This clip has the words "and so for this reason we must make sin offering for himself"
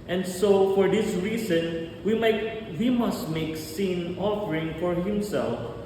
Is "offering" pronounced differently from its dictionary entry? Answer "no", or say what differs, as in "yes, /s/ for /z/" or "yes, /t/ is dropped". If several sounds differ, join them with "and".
no